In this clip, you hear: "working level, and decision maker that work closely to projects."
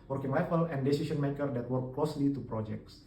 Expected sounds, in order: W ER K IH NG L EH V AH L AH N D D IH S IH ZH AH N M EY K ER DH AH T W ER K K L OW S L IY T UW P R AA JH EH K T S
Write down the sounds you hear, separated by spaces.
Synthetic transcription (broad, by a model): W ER K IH NG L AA F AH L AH N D D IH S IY SH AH N M EY K ER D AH T W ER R K L OW S L IY T UW P R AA JH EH K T S